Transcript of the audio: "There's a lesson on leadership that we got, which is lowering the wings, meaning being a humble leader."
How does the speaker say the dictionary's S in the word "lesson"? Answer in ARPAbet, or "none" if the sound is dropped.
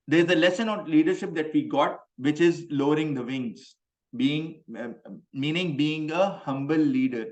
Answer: S